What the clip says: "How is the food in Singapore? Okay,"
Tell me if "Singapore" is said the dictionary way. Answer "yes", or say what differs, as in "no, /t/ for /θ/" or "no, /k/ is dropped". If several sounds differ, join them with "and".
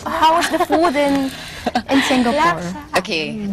no, /p/ is dropped